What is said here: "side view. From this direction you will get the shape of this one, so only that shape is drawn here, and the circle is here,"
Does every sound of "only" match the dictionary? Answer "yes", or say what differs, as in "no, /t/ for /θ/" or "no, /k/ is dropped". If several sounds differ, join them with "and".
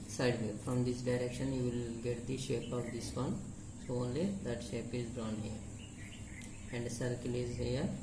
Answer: yes